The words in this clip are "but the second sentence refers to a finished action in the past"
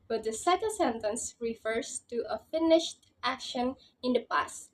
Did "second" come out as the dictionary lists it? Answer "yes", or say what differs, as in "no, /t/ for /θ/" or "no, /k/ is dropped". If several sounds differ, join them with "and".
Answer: no, /l/ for /n/